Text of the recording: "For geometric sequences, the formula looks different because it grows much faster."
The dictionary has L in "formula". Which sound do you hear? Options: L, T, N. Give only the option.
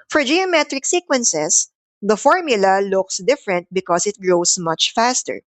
L